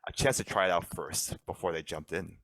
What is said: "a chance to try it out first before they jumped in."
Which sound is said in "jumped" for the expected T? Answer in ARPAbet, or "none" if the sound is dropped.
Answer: T